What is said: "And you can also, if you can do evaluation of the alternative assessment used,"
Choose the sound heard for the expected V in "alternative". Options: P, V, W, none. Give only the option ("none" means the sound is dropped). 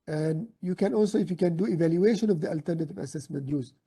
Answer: V